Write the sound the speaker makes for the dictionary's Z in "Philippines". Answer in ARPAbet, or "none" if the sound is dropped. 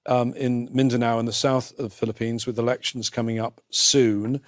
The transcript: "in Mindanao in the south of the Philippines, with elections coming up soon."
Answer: Z